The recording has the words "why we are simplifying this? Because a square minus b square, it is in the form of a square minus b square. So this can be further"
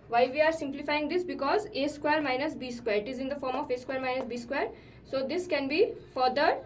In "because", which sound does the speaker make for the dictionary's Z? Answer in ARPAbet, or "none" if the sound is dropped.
Z